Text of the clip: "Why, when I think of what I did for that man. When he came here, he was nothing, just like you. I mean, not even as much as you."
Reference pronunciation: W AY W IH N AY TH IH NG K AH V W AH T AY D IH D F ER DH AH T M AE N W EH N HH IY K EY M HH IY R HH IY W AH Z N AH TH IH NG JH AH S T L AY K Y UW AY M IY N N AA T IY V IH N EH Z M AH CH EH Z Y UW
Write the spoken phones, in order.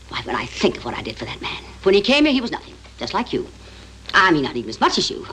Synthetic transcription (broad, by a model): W AY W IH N AY TH IH NG K AH V W AH T AY D IH D F ER DH AH T M AE N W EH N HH IY K EY M HH IY R HH IY W AH Z N AH TH IH NG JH AH S T L AY K Y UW AY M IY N N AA T IY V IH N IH Z M AH CH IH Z Y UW